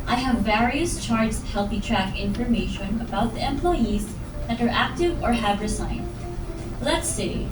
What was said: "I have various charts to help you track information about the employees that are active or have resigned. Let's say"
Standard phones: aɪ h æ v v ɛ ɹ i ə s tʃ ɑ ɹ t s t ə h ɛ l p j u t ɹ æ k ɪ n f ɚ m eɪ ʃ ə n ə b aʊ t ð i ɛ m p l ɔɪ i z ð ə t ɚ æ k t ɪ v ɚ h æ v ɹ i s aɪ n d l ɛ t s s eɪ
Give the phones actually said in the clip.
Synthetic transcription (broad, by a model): aɪ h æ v v ɛ ɹ i ə s tʃ ɑ ɹ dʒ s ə h ɛ l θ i t ɹ æ k ɪ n f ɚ m eɪ ʃ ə n ə b aʊ t ð i ɛ m p l ɔɪ i z ð ə t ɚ æ k t ɪ v ɚ h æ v ɹ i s aɪ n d l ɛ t s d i